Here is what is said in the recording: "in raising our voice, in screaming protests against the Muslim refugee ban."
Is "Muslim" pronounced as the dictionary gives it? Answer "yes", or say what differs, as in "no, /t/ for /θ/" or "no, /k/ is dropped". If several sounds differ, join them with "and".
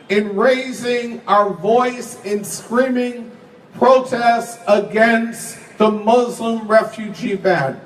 yes